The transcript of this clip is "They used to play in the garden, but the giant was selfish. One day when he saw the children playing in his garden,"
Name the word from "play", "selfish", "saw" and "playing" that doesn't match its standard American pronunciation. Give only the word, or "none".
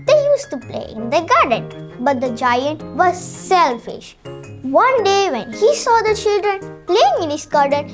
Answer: none